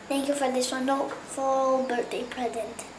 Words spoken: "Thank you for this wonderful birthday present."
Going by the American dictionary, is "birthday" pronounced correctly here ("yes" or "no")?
no